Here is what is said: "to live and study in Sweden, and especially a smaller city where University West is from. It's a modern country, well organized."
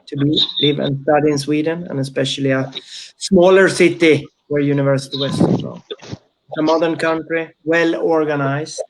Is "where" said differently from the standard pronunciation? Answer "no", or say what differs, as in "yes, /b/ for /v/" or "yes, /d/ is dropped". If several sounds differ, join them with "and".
no